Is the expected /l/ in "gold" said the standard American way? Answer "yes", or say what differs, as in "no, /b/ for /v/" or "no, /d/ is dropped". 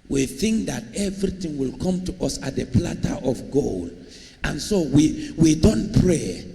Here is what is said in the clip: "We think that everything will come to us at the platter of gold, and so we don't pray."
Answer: yes